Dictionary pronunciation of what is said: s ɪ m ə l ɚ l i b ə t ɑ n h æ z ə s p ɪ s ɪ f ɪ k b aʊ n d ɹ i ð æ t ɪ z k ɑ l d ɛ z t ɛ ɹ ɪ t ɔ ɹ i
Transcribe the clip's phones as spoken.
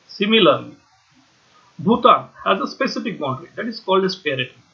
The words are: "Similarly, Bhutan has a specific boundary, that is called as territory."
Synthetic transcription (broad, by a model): s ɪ m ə l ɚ l i b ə t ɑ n h æ z ə s p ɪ s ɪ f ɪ k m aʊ d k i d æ t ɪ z k ɑ l d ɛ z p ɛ ɹ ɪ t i